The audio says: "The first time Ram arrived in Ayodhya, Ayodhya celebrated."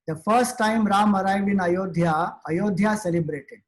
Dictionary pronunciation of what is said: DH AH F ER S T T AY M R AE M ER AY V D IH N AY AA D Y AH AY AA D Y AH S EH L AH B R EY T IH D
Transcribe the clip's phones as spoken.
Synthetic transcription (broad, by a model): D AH F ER S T T AY M R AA M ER AY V IH N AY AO D Y AY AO D Y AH S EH L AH B R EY T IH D